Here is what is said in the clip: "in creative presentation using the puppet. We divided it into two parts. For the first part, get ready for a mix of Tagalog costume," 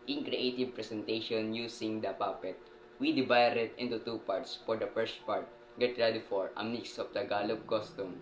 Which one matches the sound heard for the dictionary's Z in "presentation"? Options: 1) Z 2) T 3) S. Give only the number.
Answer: 3